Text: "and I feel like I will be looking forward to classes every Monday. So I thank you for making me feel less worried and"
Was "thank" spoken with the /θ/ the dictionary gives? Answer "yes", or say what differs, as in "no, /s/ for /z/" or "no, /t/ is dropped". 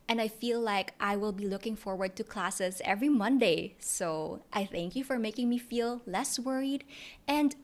yes